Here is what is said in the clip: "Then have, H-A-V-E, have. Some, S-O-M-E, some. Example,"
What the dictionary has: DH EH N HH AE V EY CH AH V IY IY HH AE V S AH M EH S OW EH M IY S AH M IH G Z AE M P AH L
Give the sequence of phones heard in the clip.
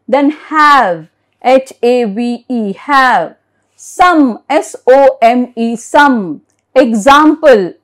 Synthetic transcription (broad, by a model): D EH N HH AE V EY CH AH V IY IY HH AE V S AH M EH S OW EH M IY S AH M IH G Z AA M P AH L